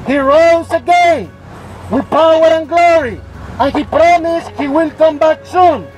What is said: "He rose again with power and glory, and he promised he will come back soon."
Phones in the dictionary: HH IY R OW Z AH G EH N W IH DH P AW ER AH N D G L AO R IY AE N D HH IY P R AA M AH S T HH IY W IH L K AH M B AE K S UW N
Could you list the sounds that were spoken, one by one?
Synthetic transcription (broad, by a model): HH IY R OW Z AH G EH N W IH DH P AW ER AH N G L AO R IY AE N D HH IY P R AA M AH S T HH IY W IH L K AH M B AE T S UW N